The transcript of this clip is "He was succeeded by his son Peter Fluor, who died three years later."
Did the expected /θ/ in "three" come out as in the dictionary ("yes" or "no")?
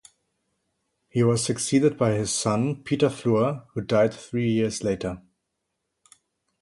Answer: yes